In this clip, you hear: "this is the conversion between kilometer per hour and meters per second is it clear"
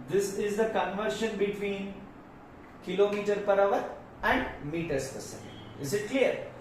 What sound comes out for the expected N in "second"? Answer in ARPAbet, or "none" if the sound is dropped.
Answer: none